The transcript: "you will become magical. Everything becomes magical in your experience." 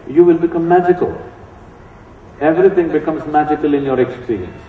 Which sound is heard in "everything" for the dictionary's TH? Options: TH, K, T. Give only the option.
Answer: T